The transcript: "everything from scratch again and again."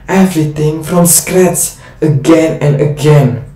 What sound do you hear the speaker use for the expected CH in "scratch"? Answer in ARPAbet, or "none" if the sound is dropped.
S